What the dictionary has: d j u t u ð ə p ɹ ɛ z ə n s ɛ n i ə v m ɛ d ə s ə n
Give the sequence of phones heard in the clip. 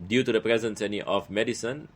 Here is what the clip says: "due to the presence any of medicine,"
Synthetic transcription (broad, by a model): d j u t u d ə p ɹ ɛ z ə n s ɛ n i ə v m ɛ d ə s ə n